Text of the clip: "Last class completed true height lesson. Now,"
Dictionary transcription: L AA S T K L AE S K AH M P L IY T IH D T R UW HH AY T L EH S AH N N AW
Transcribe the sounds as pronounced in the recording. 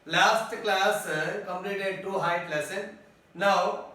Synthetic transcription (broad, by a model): L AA S T K L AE S K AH M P L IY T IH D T UW HH AY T L EH S AH N N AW